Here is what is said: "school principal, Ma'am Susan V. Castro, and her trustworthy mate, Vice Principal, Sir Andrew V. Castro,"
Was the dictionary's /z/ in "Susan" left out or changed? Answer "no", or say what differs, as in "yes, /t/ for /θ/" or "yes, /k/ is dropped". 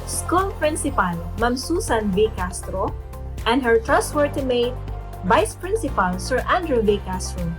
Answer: yes, /s/ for /z/